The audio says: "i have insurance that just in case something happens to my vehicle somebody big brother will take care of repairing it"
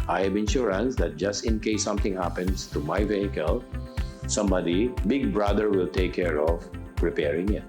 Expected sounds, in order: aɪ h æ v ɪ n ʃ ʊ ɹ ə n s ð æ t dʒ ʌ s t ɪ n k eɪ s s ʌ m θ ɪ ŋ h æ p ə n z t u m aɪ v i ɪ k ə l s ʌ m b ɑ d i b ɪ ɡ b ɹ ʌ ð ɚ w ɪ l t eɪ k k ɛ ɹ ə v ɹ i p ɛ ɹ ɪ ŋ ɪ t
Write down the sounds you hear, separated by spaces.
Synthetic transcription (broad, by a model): aɪ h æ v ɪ n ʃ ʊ ɹ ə n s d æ t dʒ ʌ s t ɪ n k eɪ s s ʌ m t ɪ ŋ h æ p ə n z t u m aɪ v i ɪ k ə l s ʌ m b ɑ d i b ɪ ɡ b ɹ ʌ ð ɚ w ɪ l t eɪ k k ɛ ɹ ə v ɹ i p ɛ ɹ ɪ ŋ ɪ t